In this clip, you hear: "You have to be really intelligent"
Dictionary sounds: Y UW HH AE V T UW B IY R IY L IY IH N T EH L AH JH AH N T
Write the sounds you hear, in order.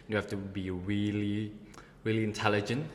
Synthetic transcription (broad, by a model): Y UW HH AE F T UW B IY R IY L IY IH N T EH L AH JH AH N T